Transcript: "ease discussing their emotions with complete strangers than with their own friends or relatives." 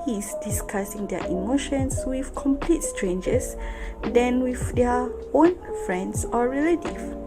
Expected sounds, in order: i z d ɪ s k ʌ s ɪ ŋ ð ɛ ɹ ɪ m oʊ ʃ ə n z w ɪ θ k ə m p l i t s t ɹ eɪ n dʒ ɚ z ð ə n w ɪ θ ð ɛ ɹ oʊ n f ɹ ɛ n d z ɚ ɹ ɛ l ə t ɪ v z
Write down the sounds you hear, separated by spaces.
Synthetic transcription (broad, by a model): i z d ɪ s k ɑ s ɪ ŋ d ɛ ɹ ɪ m oʊ ʃ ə n s w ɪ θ k ə m p l i t s t ɹ eɪ n dʒ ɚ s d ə n w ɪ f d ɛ oʊ n f ɹ ɛ n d s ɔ ɹ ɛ l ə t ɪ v